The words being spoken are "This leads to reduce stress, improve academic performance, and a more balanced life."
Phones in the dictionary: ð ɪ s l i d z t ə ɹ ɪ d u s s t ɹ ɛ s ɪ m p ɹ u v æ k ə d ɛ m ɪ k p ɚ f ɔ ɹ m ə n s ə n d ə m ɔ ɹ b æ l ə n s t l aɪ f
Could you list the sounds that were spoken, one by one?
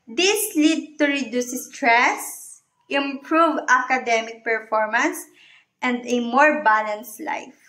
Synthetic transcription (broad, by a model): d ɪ s l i d t ə ɹ ɪ d u s s t ɹ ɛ s ɪ m p ɹ u v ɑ k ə d ɛ m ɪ k p ɚ f ɔ ɹ m ə n s ə n d ə m ɔ ɹ b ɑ l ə n s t l aɪ f